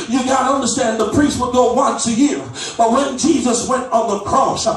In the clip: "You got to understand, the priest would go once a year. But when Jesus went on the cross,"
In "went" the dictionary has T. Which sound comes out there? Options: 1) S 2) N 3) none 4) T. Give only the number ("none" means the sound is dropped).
4